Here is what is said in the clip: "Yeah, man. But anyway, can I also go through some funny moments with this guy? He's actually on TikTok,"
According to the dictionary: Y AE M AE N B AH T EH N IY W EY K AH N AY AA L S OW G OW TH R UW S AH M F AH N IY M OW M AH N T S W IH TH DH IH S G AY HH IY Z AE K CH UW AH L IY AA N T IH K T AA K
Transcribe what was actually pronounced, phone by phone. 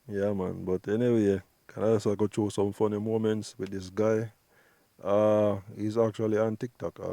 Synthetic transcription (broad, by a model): Y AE M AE N B AH T EH N IY W EY K AH N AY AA S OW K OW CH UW S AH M F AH N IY M OW M AH N T S W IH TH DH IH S G AY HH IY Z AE K CH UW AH L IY AA N T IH K T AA K